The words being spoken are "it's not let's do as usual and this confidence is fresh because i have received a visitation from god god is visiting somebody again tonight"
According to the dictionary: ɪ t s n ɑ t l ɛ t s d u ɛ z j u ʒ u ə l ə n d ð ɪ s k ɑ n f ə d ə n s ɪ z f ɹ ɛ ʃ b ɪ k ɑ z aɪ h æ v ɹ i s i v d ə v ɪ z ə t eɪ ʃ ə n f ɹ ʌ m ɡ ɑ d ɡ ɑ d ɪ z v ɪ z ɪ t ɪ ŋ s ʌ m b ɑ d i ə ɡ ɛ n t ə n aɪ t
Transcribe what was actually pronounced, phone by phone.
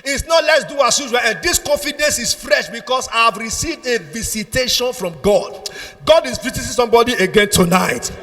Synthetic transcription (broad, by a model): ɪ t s n ɑ t l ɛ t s d u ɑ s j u z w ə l ə n d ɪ s k ɑ n f ə d ə n s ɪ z f ɹ ɛ ʃ b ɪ k ɑ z aɪ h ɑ v ɹ i s i v d ə v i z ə t eɪ ʃ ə n f ɹ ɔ m ɡ ɑ d ɡ ɑ d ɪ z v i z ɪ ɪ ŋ s ʌ m b ɑ d i ə ɡ ɛ n t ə n aɪ t